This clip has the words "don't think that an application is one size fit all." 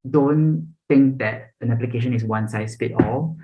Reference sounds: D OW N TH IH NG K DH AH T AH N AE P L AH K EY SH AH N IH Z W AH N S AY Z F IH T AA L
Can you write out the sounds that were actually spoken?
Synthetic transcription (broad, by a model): D OW N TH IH NG K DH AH T AH N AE P L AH K EY SH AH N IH S W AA N S AY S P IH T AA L